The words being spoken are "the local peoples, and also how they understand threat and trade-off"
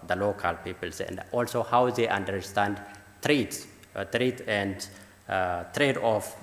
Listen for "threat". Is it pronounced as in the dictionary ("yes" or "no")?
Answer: no